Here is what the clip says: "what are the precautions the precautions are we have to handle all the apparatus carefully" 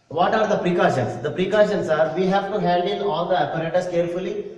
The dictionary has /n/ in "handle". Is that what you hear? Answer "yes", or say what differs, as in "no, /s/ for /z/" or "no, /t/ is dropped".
no, /l/ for /n/